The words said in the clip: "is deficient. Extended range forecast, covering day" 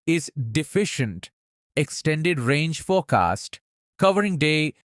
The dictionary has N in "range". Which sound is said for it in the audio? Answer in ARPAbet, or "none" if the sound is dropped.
N